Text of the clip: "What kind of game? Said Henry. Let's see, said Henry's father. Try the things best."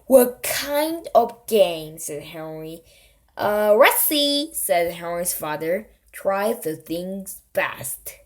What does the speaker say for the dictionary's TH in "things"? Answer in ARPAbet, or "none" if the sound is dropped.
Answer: TH